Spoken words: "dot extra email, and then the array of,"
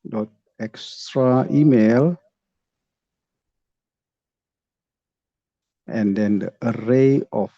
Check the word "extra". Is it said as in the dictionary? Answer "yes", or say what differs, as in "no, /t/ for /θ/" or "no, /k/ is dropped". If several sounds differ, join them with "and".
yes